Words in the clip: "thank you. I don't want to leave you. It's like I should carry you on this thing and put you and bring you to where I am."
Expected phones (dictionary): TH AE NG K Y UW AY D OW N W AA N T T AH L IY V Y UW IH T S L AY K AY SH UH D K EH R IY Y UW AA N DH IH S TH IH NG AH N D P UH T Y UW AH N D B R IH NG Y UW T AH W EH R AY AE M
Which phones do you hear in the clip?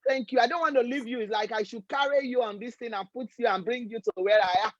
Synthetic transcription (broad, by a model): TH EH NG K Y UW AY D OW N W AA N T T AH L IY V Y UW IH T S L AY K AY SH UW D K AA R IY Y UW AA N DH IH S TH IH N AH N P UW T Y UW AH N B R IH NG Y UW T AH W EH R AY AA